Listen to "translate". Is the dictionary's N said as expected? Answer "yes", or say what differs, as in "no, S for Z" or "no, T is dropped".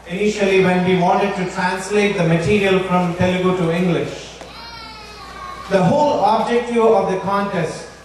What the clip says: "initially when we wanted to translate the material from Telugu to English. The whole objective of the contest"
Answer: yes